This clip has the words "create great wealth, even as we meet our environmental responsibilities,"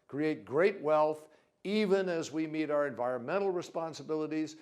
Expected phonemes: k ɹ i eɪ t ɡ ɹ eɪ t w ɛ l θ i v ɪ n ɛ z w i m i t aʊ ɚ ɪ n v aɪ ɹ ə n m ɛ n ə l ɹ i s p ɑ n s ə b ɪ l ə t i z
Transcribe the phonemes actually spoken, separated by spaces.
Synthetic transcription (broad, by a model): k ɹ i eɪ t ɡ ɹ eɪ t w ɛ l θ i v ɪ n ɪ z w i m i t aʊ ɚ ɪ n v aɪ ɹ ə n m ɛ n l ɹ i s p ɑ n s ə b ɪ l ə t i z